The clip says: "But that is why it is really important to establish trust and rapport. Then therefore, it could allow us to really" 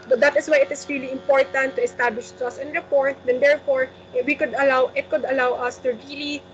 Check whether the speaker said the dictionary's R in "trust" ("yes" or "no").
no